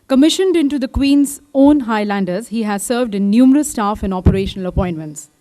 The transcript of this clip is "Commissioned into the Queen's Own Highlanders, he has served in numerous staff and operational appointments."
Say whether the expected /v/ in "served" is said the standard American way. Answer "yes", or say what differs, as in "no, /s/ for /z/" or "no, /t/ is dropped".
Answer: yes